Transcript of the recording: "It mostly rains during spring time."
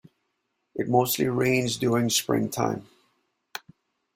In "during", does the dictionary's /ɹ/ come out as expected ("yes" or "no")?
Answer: no